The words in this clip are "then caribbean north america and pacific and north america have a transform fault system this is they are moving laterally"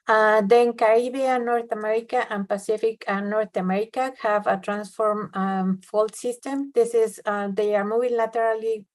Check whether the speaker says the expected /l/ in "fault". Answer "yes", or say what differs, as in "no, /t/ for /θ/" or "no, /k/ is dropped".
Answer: yes